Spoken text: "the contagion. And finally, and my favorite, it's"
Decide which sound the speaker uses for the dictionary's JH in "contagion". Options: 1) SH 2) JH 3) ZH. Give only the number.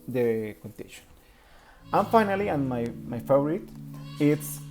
1